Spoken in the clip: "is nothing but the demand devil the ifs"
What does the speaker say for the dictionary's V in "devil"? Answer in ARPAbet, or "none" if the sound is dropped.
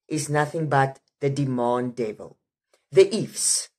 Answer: V